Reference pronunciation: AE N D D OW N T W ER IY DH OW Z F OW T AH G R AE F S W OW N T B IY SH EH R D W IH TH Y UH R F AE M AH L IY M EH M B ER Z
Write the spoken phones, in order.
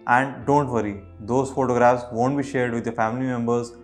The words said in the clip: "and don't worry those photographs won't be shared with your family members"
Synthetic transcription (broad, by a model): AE N D D OW N T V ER IY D OW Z F OW T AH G R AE F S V OW N T B IY SH EH R D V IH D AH F AE M AH L IY M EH M B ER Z